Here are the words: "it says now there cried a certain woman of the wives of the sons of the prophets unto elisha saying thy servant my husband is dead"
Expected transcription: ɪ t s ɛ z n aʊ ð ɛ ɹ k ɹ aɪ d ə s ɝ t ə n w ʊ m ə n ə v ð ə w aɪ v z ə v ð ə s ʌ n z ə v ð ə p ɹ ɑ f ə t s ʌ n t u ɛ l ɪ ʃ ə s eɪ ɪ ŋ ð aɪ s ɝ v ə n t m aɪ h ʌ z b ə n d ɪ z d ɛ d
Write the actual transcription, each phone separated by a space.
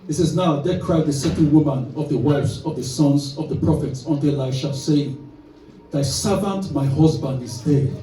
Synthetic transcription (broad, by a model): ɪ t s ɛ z n aʊ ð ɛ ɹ k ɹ aɪ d ə s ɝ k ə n w ʊ m ə n ə v ð ə w aɪ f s ə v ð ə s ʌ n z ə v ð ə p ɹ ɑ f ə t s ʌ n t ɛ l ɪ ʃ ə s eɪ ɪ ŋ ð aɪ s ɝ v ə n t m aɪ h ʌ z b ə n d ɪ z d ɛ